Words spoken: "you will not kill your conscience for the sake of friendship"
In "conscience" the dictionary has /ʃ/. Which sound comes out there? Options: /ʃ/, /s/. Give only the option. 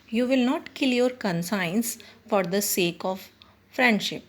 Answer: /s/